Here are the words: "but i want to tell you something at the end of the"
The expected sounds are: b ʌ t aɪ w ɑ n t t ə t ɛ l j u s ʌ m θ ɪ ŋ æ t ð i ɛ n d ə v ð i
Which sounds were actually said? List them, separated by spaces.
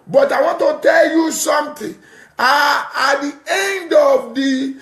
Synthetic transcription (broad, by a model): b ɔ t aɪ w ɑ n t t ə t ɛ l j u s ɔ m t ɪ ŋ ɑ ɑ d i ɛ n d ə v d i